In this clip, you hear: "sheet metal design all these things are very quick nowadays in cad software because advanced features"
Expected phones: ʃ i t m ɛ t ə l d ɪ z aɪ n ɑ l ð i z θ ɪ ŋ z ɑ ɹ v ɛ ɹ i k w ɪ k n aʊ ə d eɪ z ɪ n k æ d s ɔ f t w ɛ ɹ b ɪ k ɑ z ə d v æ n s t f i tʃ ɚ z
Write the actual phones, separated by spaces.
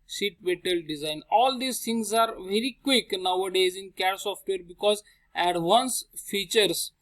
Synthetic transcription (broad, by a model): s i t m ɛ t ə l d ɪ z aɪ n ɑ l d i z t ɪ ŋ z ɑ ɹ v ɛ ɹ i k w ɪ k n aʊ ə d eɪ z ɪ n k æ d s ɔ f t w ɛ ɹ b ɪ k ɑ z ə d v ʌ n s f i tʃ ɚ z